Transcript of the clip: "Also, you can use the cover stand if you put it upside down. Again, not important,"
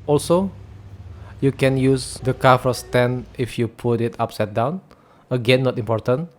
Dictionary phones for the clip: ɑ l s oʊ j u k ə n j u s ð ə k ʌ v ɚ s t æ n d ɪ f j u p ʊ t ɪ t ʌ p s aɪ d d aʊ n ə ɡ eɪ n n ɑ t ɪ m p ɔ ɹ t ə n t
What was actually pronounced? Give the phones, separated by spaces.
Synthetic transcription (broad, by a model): ɑ l s oʊ j u k ə n j u s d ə k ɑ f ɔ s t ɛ n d ɪ f j u p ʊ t ɪ t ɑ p s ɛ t d aʊ n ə ɡ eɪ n n ɑ t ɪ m p ɔ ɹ t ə n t